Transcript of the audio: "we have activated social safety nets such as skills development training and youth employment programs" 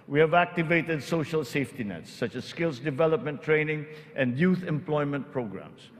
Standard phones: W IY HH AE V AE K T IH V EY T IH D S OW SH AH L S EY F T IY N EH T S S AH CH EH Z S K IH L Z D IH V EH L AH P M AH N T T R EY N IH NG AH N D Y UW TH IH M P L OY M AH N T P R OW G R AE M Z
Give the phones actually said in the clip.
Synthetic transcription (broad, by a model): W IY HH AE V AE K T IH V EY T IH D S OW SH AH L S EY F T IY N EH T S S AH CH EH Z S K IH L S D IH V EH L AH P M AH N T T R EY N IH NG AH N D Y UW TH IH M P L OY M AH N T P R OW G R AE M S